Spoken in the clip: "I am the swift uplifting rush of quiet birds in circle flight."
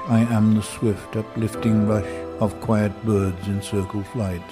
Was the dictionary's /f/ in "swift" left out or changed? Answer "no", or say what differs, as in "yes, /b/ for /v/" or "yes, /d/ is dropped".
no